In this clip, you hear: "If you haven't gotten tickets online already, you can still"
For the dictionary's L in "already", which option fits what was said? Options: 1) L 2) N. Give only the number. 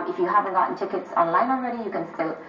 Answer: 2